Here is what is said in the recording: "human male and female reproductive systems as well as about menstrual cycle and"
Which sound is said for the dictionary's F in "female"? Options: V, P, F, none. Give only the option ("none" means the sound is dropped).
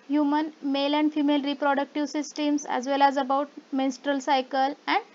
F